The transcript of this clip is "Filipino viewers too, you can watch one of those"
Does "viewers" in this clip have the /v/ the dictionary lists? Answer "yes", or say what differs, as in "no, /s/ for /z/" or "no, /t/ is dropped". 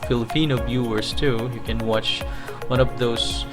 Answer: no, /b/ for /v/